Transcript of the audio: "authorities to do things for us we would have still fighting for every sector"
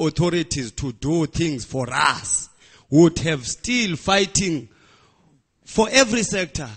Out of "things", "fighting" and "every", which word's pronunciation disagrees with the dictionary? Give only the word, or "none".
things